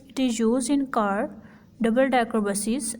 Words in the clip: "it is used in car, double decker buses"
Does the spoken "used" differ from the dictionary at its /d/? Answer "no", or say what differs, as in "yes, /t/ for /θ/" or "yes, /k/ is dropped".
yes, /d/ is dropped